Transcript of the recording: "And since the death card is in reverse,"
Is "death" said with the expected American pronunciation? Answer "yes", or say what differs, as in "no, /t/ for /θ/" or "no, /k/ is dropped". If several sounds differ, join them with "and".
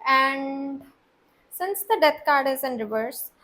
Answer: no, /t/ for /θ/